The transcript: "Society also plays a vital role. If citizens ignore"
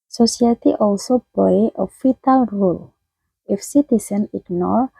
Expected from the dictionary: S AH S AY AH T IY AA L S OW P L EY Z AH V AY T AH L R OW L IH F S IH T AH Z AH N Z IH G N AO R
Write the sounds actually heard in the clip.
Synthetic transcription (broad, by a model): S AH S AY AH T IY AA L S OW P L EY AH F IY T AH L R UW L IH F S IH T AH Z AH N IH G N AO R